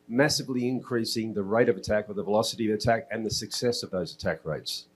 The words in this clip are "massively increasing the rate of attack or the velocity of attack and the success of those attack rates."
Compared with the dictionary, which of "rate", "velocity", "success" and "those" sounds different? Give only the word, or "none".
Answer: none